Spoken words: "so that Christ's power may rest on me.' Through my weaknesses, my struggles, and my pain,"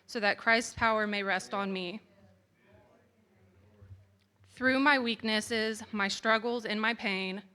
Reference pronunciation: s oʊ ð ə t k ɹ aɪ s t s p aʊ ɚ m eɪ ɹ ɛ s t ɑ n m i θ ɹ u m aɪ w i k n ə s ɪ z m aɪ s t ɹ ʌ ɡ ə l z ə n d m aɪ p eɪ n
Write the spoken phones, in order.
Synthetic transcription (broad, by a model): s oʊ ð ə t k ɹ aɪ s t s p aʊ ɚ m eɪ ɹ ɛ s t n m i θ ɹ u m aɪ w i k n ə s ɪ z m aɪ s t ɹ ʌ ɡ l z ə n m aɪ p eɪ n